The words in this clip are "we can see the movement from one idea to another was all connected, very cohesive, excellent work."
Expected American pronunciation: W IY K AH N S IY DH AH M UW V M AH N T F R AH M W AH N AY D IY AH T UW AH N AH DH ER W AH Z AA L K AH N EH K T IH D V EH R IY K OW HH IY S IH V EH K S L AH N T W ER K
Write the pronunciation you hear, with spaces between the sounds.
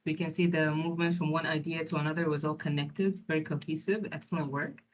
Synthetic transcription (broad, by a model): W IY K AH N S IY DH AH M UW V M AH N T F R AH M W AH N AY D IY AH T UW AH N AH DH ER W AH Z AA L K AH N EH K T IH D V EH R IY K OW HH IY S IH V EH K S L AH N T W ER K